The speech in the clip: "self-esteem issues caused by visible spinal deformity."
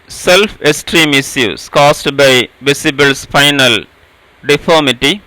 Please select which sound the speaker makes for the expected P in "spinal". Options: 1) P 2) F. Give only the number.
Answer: 2